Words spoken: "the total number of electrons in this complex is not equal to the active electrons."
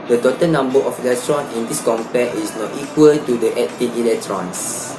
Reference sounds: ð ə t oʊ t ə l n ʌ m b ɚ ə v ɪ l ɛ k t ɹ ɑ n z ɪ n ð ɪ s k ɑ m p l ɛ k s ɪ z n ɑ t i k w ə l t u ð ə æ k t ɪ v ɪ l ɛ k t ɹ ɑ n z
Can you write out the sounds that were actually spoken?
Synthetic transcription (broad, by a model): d ə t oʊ t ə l n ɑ m b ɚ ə f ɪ l ɛ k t ɹ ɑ n ɪ n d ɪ s k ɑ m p ɛ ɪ s n ɑ t i k w ə l t u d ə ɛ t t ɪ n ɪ l ɛ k t ɹ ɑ n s